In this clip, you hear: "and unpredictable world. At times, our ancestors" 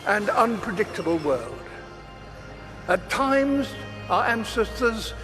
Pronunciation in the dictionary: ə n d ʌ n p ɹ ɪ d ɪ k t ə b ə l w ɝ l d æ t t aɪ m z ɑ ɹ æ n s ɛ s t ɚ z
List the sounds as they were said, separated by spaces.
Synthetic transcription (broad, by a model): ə n ʌ n p ɹ ɪ d ɪ k t ə b ə l w ɝ l d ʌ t t aɪ m z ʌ ɹ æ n s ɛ s t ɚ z